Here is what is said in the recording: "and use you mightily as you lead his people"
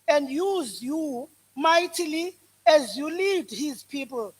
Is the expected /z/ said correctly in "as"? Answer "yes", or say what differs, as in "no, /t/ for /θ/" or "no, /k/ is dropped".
yes